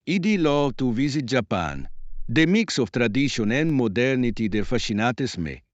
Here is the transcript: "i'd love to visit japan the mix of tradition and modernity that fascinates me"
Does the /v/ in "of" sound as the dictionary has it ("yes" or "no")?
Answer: no